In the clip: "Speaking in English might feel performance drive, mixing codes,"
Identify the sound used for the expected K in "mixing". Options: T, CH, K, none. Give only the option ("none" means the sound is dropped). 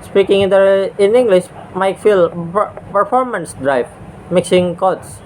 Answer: K